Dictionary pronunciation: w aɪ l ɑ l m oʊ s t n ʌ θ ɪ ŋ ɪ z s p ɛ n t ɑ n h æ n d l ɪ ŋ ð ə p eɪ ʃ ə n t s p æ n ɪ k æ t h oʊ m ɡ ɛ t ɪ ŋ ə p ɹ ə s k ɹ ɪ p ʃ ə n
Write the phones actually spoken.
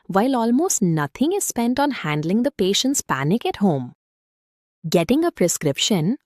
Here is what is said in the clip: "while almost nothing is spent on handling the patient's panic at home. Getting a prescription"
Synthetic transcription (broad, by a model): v aɪ l ɑ l m oʊ s t n ʌ t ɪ ŋ ɪ z s p ɛ n t ɑ n h æ n d l ɪ ŋ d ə p eɪ ʃ ə n t s p æ n ɪ k æ t h oʊ m ɡ ɛ t ɪ ŋ ə p ɹ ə s k ɹ ɪ p ʃ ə n